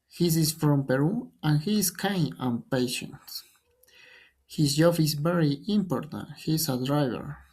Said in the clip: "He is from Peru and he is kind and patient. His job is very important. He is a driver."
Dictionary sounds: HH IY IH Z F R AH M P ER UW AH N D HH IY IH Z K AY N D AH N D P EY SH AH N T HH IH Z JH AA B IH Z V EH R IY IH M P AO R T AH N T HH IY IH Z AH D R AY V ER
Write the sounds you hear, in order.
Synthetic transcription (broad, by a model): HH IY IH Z F R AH M P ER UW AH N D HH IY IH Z K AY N AH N P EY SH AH N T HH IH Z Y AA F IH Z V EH R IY IH M P AO R T AH N T HH IY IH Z AH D R AY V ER